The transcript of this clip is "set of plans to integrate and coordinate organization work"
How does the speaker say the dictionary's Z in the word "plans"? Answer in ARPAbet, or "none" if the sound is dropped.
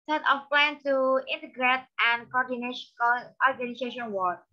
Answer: none